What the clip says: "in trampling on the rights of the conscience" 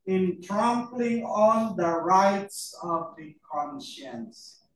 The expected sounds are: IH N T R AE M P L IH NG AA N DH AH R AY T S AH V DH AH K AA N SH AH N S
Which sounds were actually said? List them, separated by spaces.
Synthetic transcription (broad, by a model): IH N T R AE M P L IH NG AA L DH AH R AY T S AH V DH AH K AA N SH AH N S